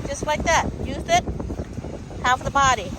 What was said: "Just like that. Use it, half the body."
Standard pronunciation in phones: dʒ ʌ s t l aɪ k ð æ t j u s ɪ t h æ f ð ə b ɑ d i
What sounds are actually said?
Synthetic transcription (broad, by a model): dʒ ʌ s t l aɪ k ð æ t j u θ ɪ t h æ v ð ə b ɑ d i